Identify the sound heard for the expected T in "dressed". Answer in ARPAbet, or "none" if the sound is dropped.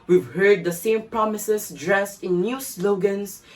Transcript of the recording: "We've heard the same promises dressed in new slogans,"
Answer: T